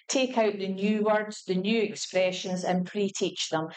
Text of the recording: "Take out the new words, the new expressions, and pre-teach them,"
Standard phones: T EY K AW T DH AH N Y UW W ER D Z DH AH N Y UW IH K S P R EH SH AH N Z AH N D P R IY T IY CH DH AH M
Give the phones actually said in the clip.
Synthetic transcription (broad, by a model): T EY K AW T DH AH N Y UW W ER D Z DH AH N Y UW IH K S P R EH SH AH N Z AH N P R IY T IY CH DH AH M